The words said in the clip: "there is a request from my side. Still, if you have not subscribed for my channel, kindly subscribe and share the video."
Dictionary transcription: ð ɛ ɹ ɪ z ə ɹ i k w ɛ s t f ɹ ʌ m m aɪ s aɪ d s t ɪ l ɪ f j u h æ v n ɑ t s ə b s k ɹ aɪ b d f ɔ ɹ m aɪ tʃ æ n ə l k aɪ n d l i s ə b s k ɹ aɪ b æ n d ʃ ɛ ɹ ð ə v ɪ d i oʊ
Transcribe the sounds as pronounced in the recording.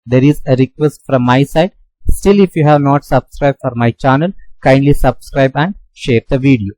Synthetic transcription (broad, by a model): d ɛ ɹ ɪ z ə ɹ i k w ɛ s t f ɹ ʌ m m aɪ s aɪ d s t ɪ l ɪ f j u h æ v n ɑ t s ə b s k ɹ aɪ b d f ɔ ɹ m aɪ tʃ æ n ə l k aɪ n d l i s ə b s k ɹ aɪ b æ n d ʃ ɛ ɹ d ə v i d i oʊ